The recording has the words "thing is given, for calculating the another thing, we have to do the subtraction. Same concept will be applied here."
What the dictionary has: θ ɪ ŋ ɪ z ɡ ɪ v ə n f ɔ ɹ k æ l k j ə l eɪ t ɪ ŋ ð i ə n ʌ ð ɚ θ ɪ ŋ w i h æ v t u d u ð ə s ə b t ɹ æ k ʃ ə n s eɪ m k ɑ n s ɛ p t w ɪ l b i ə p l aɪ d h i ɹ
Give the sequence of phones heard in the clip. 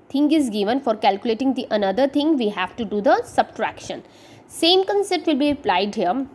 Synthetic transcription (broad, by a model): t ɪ ŋ ɪ z ɡ ɪ v ə n f ɔ ɹ k æ l k j ə l eɪ t ɪ ŋ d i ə n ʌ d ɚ t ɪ ŋ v i h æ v t u d u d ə s ə b t ɹ æ k ʃ ə n s eɪ m k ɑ n s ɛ t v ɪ l b i ə p l aɪ d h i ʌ